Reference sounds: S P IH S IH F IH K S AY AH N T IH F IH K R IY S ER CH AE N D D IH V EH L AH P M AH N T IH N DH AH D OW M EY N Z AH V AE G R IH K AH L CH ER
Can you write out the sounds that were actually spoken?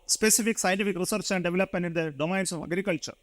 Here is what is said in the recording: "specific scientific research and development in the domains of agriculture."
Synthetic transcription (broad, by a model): S P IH S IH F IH K S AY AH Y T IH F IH K R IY S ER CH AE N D D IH V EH L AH P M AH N IH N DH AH D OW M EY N S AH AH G R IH K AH L CH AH